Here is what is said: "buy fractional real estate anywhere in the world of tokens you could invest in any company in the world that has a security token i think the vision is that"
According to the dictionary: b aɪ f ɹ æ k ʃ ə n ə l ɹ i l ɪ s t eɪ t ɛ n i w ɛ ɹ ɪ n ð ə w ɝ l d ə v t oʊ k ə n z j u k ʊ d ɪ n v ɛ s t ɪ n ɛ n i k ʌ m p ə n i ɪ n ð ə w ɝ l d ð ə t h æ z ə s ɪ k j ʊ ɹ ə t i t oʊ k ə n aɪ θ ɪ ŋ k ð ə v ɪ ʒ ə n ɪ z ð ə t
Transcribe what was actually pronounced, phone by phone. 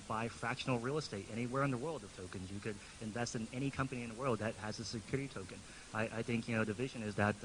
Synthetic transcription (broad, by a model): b aɪ f ɹ æ k ʃ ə n l ɹ i l ɪ s t eɪ t ɛ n i w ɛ ɹ ɪ n ð ə w ɝ l d ə v t oʊ k ə n z j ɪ k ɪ d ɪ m v ɛ s t ɪ n ɛ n i k ʌ m p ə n i ɪ n ð ə w ɝ l d ð ə t h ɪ z ə s ɪ k j ʊ ɹ ə t i t oʊ k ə n aɪ θ ɪ ŋ k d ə v ɪ ʒ ə n ɪ z ð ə t